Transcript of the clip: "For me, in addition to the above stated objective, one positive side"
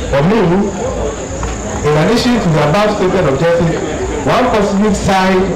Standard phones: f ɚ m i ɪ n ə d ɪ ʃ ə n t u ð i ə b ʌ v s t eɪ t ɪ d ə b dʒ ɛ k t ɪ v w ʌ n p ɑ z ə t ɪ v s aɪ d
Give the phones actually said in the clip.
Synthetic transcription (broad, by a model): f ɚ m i ɪ n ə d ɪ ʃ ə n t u ð i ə b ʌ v s t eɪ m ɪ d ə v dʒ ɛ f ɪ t w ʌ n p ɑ s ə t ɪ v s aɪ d